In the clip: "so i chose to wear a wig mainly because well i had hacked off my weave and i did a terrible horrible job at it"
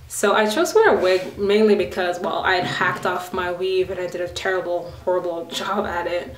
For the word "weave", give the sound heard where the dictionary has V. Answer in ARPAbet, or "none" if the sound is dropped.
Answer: V